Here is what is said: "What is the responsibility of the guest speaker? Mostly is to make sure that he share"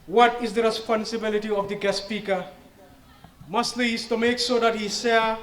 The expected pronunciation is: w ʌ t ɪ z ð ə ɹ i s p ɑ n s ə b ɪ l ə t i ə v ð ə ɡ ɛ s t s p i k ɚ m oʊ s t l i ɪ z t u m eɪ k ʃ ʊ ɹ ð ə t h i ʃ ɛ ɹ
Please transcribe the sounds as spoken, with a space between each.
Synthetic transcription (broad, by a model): w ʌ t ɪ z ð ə ɹ i s p ɑ n s ə b ɪ l ə t i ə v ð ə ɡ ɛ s s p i k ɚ m oʊ s t l i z t u m eɪ k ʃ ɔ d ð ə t h i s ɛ